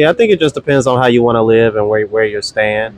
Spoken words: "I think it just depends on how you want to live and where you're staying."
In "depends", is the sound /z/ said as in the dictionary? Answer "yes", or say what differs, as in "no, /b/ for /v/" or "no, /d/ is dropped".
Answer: yes